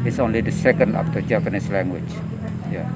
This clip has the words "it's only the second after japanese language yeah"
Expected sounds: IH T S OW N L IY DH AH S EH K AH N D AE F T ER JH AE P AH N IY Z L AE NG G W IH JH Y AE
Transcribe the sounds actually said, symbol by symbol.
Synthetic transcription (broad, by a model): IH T S OW N L IY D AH S EH K AH N D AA P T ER JH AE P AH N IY S L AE NG G W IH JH Y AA